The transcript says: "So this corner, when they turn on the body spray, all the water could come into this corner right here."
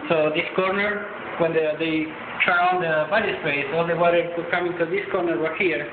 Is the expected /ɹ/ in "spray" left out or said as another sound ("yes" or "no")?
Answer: yes